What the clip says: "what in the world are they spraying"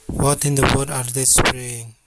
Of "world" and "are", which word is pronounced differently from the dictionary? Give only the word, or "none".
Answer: world